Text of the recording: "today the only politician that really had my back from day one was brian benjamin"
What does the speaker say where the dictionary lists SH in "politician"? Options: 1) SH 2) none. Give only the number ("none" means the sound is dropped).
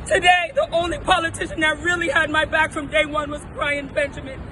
1